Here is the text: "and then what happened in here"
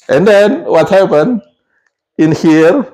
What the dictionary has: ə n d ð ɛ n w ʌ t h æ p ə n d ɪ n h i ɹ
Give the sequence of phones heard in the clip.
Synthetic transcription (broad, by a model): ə n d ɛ n w ʌ t h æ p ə n ɪ n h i ɹ